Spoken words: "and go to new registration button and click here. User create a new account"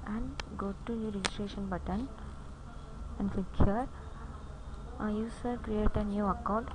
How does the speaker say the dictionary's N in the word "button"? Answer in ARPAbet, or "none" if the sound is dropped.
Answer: N